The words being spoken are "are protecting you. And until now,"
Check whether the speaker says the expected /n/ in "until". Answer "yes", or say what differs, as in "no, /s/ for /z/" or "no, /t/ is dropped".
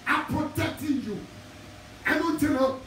no, /n/ is dropped